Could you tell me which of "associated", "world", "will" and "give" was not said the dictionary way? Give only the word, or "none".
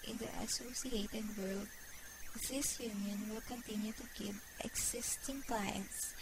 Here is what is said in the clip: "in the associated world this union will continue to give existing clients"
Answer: give